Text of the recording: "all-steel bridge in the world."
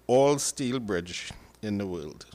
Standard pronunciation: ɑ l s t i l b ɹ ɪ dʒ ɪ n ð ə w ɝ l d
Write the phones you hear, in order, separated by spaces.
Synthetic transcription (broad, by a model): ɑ l s t i l b ɹ ɪ dʒ ɪ n ð ə w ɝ l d